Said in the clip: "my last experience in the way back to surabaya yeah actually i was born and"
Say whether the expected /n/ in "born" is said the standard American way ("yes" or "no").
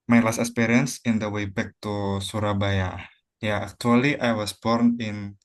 yes